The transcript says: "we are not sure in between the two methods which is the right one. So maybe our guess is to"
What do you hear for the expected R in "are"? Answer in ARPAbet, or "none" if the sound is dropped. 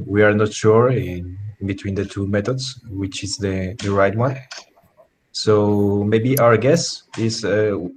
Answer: R